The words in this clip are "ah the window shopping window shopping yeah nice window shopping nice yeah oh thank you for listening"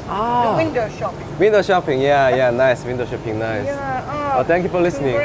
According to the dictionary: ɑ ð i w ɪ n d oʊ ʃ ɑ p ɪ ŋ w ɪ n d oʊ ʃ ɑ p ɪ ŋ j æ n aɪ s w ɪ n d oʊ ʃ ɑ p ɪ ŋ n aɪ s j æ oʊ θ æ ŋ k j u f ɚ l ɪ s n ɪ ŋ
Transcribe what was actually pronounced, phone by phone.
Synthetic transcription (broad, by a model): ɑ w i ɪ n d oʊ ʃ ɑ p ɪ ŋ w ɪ n d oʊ ʃ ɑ p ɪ ŋ j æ n aɪ s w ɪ n d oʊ ʃ ɑ p ɪ ŋ n aɪ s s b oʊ t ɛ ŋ k j u f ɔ l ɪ s n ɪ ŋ